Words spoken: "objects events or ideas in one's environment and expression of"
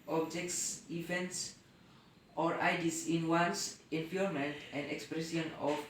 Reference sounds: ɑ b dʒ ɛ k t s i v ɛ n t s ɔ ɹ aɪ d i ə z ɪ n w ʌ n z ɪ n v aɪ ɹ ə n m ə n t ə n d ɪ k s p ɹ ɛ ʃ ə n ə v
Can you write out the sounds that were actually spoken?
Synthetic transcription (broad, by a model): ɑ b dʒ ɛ k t s i v ɛ n t s ɔ ɹ aɪ d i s ɪ n w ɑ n s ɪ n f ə l m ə n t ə n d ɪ k s p ɹ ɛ s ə n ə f